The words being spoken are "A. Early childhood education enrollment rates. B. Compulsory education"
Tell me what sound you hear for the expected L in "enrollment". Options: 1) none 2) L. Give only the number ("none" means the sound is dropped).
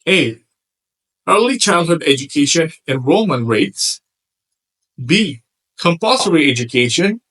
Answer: 1